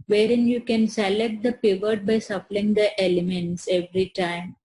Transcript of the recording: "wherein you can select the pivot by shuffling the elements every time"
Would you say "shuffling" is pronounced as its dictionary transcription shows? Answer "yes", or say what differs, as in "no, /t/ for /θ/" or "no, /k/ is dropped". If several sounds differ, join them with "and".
no, /s/ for /ʃ/